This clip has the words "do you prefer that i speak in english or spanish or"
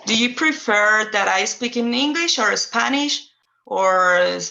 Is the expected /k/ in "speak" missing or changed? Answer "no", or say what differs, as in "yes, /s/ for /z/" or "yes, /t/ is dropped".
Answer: no